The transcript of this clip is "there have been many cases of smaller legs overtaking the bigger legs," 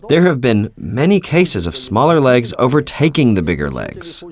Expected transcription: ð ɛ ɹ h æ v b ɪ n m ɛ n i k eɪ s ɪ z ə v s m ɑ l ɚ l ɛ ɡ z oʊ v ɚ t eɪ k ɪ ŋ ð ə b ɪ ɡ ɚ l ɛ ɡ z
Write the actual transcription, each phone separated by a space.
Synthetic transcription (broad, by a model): ð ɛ ɹ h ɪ v b ɪ n m ɛ n i k eɪ s ɪ z ə v s m ɑ l ɚ l ɛ ɡ z oʊ v ɚ t eɪ k ɪ ŋ ð ə b ɪ ɡ ɚ l ɛ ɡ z